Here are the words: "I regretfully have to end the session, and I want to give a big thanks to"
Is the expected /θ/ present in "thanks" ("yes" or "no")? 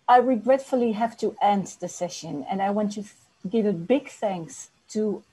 yes